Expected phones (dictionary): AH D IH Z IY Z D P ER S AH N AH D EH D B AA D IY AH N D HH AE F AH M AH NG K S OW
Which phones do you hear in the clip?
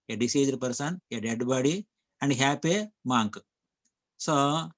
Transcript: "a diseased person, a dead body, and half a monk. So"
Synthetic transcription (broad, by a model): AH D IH S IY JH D P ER S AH N AH D EH D B AA D IY AH N D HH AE P AH M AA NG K S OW